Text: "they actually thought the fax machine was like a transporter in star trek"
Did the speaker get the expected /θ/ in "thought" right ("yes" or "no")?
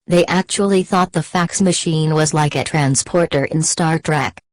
yes